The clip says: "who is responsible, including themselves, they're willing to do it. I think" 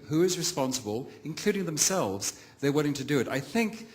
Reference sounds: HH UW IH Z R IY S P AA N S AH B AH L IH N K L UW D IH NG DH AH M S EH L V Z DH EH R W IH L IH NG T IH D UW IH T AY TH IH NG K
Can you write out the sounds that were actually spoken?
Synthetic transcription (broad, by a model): HH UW IH Z R IY S P AA N S AH B AH L IH N K L UW D IH NG DH AH M S EH L V Z DH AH R W IH L IH NG T IH D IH IH T AY TH IH NG K